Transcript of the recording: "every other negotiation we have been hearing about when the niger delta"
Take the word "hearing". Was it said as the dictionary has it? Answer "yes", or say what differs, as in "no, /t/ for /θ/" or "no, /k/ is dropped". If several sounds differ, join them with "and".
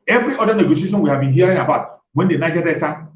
yes